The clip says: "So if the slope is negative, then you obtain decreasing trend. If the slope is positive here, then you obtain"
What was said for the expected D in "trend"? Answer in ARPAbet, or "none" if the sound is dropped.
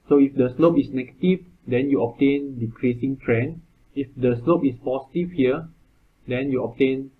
none